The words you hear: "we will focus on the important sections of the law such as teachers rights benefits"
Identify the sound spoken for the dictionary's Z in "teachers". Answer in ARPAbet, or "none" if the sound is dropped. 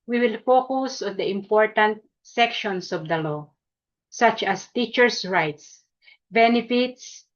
S